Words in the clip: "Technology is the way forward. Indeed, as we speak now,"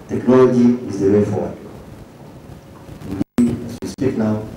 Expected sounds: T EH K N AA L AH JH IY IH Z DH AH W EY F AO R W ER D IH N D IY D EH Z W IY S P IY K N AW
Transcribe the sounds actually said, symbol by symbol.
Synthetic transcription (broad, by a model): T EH K N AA L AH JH IY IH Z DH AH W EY F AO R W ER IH D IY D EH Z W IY S P IY K N AW